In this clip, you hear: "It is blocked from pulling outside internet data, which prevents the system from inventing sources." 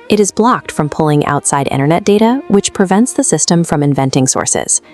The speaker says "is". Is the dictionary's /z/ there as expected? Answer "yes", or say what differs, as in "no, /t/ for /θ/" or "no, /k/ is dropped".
yes